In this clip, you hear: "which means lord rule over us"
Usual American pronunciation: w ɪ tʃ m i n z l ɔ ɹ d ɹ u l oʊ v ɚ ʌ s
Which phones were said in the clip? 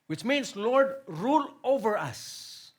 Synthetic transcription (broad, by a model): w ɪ tʃ m i n s l ɔ ɹ d ɹ u l oʊ v ɚ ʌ s